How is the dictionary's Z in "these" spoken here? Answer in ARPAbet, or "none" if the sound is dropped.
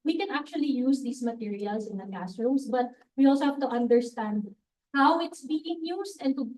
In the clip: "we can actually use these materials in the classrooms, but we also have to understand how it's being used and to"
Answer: S